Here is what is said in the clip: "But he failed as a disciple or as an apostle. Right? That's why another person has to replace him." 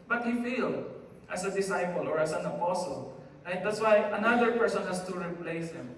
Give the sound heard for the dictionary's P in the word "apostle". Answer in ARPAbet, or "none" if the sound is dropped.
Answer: P